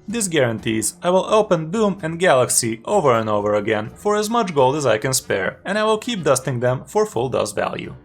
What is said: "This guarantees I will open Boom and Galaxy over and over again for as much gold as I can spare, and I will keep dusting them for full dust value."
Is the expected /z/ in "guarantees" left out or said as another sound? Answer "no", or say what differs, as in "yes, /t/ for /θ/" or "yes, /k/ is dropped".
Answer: no